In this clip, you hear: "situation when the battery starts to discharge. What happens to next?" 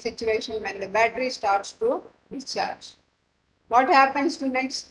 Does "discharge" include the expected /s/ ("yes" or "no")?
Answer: no